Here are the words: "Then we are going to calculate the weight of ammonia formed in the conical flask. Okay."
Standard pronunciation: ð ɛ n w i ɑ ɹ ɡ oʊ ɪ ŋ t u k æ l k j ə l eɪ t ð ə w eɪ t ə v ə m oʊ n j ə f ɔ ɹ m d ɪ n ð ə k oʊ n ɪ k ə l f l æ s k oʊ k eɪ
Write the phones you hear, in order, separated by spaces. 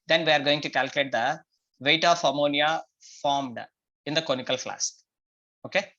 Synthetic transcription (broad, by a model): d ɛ n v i ɑ ɹ ɡ oʊ ɪ ŋ t u k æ l k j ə l eɪ t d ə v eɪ t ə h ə m oʊ n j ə f ɔ ɹ m d ɪ n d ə k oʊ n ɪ k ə l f l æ s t oʊ k eɪ